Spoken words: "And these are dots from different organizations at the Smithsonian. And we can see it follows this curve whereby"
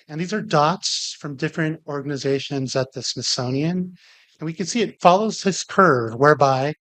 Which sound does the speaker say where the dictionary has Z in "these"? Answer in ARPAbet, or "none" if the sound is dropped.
Z